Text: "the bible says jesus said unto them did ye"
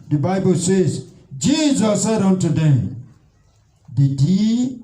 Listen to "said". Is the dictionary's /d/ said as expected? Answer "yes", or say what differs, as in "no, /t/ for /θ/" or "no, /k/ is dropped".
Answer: yes